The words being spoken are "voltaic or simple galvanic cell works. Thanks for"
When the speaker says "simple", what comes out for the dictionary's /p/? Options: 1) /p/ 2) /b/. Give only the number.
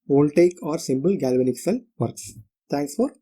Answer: 2